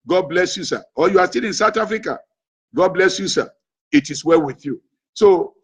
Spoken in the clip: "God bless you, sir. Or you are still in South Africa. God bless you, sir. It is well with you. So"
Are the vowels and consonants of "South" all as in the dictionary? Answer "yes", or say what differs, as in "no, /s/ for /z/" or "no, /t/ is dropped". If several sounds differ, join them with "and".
no, /t/ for /θ/